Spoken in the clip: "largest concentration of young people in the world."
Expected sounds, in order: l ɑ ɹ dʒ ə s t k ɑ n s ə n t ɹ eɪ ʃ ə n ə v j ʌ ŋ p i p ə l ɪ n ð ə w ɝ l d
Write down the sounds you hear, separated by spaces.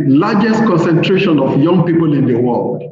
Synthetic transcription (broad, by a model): l ɑ dʒ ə s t k ɑ n s ə n t ɹ eɪ ʃ ə n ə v j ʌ ŋ p i p ə l ɪ n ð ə w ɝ l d